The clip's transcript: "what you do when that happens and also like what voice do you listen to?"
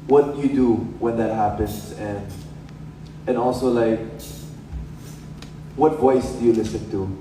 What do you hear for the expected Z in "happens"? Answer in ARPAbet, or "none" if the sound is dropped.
S